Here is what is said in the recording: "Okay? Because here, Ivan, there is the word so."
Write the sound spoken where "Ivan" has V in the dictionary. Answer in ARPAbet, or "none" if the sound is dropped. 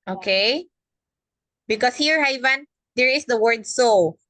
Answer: V